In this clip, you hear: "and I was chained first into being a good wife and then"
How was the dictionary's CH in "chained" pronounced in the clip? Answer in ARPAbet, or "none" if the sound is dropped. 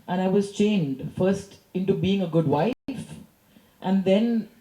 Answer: CH